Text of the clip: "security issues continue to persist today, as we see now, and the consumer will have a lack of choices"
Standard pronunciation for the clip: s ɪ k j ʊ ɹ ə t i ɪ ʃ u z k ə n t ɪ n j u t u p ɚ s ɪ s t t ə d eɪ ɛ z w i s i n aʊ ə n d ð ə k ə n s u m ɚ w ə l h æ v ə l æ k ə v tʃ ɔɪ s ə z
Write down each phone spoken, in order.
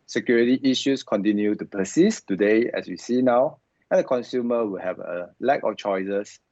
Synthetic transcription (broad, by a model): s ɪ k j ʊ ɹ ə t i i ʃ u s k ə n t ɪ n j u t u p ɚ s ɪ s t t ə d eɪ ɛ s w i s i n aʊ ə n d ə k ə n s u m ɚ w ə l h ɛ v ə l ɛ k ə f tʃ ɔɪ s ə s